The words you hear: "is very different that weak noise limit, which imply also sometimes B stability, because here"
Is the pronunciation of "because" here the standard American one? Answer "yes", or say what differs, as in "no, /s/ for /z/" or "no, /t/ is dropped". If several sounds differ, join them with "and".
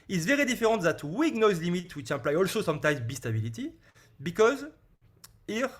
yes